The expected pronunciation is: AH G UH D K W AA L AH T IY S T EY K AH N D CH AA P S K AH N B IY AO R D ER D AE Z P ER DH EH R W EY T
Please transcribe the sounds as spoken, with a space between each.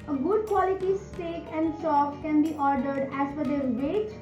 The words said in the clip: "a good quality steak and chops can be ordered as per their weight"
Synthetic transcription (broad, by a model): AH G UH D K W AA L AH T IY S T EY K AH N D S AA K K AH N B IY AO R D ER D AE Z F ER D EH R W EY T